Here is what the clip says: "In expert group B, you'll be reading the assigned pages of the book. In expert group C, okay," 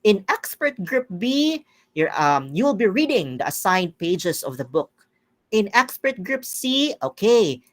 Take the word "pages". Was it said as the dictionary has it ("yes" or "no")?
no